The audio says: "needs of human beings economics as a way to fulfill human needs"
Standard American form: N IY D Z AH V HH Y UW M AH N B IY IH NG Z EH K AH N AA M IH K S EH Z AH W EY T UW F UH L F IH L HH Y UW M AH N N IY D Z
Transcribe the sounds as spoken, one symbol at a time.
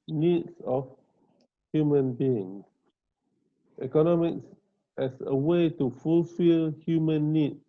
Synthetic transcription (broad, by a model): N IY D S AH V HH Y UW M AH N B IY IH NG S EH K AH N AA M IH K S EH S AH W EY T UW F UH L F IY L HH Y UW M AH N N IY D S